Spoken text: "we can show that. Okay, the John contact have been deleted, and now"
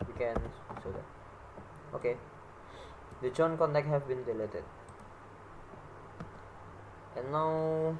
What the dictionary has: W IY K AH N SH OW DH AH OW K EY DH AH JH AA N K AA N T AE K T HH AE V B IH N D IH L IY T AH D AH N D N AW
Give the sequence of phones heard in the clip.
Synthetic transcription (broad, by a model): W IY K AH N S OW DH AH OW K EY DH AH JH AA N K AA N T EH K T HH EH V B IH N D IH L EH T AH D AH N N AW